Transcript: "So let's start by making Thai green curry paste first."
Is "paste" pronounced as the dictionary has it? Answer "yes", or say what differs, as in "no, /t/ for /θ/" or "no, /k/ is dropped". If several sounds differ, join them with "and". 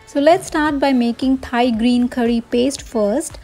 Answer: yes